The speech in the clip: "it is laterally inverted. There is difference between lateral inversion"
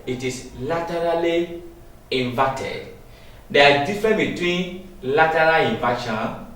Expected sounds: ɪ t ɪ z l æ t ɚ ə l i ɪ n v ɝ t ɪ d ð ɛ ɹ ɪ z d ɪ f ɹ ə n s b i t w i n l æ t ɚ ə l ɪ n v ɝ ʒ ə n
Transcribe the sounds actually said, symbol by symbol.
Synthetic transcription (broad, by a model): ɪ t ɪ s l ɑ t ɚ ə l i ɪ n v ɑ t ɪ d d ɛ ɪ d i f ɹ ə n b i t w i n l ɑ t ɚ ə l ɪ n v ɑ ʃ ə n